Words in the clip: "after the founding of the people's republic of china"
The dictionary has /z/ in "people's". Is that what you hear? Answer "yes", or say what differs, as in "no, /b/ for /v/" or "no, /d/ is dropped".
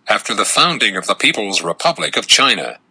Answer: yes